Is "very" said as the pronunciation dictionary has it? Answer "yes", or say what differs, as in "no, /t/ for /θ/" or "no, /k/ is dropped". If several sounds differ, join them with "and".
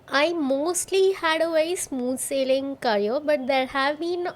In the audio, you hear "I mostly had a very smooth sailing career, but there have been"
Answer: no, /ɹ/ is dropped